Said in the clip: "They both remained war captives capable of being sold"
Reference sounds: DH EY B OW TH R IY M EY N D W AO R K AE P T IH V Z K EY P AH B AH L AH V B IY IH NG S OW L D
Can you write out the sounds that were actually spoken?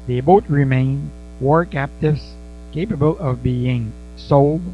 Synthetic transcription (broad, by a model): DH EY B OW T R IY M EY N W AO R K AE P T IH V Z K EY P AH B AH L AH V B IY IH NG S OW L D